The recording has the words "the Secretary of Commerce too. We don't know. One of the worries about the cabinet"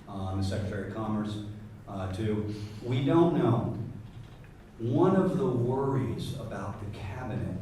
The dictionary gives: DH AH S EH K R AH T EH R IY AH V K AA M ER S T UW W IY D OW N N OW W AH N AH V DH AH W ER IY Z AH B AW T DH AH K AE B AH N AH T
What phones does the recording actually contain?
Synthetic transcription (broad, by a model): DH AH S EH K R AH T EH R IY K AA M ER S T UW W IY D OW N N OW W AH N AH V DH AH W ER IY Z AH B AW T DH AH K AE B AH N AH T